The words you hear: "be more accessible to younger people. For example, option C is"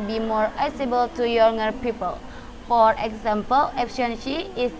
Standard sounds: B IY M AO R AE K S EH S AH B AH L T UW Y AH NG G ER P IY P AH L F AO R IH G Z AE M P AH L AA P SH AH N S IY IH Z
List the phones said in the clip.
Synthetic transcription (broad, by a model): B IY M AO R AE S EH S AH B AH L T UW Y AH NG G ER P IY P AH L F AO R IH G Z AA M P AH L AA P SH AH N SH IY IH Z